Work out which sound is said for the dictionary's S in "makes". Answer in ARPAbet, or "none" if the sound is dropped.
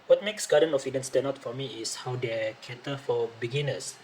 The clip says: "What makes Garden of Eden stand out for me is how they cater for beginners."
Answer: S